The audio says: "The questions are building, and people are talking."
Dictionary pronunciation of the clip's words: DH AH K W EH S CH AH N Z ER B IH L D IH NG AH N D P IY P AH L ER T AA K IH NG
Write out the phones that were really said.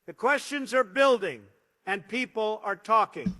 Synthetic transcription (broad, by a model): DH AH K W EH S CH AH N Z ER B IH L D IH NG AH N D P IY P AH L ER T AA K IH NG